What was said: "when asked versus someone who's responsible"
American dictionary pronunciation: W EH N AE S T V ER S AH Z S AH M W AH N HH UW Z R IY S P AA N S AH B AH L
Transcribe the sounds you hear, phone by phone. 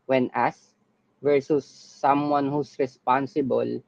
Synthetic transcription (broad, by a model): W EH N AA S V ER S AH S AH M W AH N HH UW S R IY S P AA N S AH B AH L